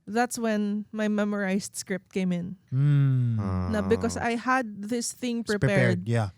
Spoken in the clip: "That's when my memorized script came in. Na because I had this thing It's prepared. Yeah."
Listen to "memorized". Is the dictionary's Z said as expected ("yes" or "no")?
no